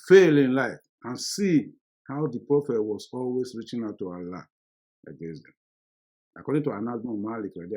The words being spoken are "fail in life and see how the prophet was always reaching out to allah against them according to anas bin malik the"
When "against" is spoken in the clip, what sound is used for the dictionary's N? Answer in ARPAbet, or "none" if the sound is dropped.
none